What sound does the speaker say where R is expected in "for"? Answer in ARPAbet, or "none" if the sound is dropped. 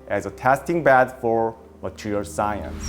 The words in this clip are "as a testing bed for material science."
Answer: R